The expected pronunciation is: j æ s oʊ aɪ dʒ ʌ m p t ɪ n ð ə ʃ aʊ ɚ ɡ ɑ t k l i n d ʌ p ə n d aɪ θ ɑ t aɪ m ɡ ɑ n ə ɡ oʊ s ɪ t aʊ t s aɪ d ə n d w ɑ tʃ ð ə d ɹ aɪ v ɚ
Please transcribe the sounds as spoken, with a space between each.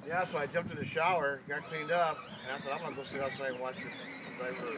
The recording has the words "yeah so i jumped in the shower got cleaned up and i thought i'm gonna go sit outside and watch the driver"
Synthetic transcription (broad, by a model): j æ s oʊ aɪ dʒ ʌ m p t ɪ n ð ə ʃ aʊ ɚ ɡ ɑ t k l i n d ʌ p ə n aɪ s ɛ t aɪ m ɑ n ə ɡ oʊ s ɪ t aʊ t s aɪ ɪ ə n w ɑ tʃ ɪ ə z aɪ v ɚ